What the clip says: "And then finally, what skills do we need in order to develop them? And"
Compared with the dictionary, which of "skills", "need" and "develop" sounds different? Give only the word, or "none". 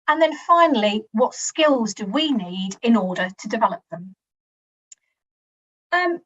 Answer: none